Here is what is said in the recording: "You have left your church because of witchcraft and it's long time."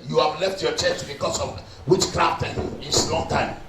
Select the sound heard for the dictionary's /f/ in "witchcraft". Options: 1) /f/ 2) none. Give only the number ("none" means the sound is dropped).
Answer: 2